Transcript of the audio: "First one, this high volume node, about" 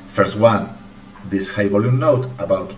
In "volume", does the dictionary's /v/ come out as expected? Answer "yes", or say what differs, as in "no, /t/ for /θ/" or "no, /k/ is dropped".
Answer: no, /b/ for /v/